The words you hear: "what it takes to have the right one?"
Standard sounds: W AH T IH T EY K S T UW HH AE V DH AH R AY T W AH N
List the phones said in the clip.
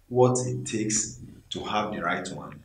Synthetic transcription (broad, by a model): W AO T IH T EY K S T UW HH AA V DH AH R AY T W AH N